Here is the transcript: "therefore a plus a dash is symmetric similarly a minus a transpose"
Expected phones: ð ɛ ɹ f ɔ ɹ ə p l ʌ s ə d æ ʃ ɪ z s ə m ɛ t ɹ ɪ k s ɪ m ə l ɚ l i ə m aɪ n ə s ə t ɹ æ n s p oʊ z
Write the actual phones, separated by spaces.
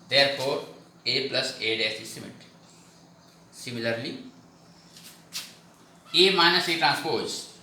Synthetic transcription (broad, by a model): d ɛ ɹ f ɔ ɹ ə p l ʌ s ə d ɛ s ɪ s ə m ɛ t s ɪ m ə l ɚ l i ə m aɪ n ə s ə t ɹ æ n s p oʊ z